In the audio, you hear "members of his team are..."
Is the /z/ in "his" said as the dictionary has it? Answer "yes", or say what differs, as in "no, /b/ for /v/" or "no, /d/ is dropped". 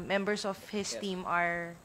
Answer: no, /s/ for /z/